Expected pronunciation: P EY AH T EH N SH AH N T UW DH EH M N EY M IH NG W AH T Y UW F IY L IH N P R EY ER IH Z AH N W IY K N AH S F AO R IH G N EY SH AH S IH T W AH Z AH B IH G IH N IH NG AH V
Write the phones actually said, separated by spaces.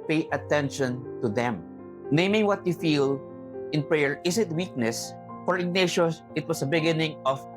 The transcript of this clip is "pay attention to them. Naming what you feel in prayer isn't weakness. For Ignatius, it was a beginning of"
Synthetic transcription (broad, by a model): P EY AH T EH N SH AH N T UW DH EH M N EY M IH NG W AH T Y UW F IY L IH N P R EY ER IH S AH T W IY K N AH S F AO R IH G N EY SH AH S IH T W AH S AH B IH G IH N IH NG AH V